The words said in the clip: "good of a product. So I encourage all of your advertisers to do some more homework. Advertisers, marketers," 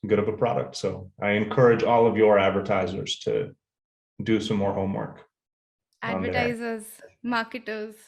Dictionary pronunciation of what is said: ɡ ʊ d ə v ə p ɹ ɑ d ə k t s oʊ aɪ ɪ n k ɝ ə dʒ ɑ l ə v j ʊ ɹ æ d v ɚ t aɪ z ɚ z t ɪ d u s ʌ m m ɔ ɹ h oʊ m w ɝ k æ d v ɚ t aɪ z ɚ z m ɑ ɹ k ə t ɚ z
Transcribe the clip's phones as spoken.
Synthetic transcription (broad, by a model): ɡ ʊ d ə v ə p ɹ ɑ d ə k t s oʊ aɪ ɪ n k ɝ ə dʒ ɑ l ə v j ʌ ɹ æ d v ɚ t aɪ z ɚ z t ɪ d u s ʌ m m ɔ ɹ h oʊ m w ɝ k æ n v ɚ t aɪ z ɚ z m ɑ k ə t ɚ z